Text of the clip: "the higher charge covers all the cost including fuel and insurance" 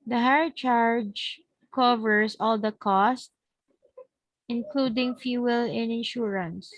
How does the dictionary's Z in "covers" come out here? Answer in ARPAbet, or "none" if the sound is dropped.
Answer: S